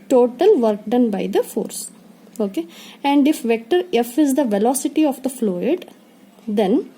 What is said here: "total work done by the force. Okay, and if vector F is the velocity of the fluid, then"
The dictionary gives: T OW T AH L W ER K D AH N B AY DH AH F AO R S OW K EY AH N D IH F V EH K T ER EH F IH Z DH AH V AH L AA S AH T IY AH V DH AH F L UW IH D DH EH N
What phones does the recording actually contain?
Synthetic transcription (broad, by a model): T OW T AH L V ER K D AH N B AY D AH F AO R S OW K EY AH N D IH F V EH K T ER EH F IH Z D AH V AH L AA S AH T IY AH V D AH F L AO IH D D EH N